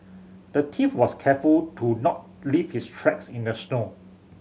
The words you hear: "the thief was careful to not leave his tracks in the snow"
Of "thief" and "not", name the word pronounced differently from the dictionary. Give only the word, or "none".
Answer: thief